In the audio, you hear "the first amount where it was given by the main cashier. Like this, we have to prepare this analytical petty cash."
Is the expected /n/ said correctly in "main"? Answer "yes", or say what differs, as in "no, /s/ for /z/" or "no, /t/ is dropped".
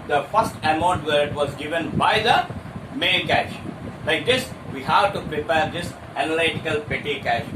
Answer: no, /l/ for /n/